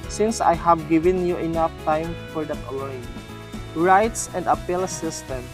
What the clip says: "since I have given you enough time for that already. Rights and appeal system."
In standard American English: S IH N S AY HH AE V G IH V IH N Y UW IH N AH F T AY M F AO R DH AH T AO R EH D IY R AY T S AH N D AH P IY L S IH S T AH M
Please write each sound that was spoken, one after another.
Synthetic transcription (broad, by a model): S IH N S AY HH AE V G IH V IH N Y UW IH N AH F T AY M F AO R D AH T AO L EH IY R AY T S AH N D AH P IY L S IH S T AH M